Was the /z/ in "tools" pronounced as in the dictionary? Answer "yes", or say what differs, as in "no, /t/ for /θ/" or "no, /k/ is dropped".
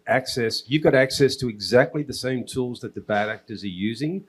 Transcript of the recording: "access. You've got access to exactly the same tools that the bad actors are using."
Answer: yes